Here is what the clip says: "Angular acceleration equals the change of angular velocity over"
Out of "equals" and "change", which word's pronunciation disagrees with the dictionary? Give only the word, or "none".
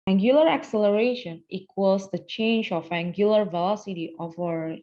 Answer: equals